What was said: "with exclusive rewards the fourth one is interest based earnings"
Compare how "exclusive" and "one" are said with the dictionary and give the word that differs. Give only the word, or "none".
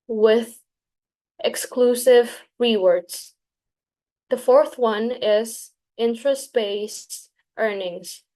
none